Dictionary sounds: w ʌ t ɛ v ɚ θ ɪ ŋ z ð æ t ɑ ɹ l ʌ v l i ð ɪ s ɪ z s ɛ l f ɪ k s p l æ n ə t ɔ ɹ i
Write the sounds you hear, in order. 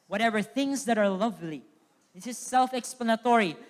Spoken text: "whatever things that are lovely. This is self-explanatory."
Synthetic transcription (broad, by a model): w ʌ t ɛ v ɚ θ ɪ ŋ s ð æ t ɑ ɹ l ʌ v l i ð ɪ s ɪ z s ɛ l f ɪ k s p l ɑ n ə t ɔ ɹ i